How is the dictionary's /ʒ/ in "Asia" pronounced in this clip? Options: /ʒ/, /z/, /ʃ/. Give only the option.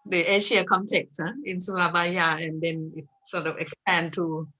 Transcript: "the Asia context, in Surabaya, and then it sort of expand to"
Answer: /ʃ/